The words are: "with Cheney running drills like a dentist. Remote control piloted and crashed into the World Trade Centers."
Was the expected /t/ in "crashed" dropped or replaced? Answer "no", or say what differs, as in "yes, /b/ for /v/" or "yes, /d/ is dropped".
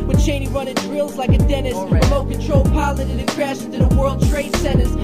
yes, /t/ is dropped